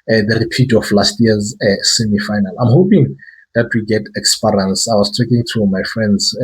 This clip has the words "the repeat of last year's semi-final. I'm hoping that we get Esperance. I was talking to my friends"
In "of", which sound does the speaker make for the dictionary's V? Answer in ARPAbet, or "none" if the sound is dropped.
F